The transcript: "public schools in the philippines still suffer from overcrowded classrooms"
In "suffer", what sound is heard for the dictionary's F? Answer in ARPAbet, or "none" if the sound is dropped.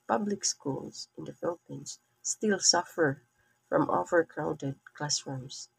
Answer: F